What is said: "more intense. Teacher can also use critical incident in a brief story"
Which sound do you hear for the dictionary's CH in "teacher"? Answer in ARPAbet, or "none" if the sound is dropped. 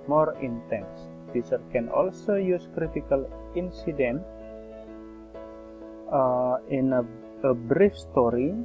S